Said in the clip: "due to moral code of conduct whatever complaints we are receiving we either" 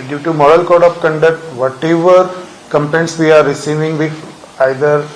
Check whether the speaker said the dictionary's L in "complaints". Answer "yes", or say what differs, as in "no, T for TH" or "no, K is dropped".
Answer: no, L is dropped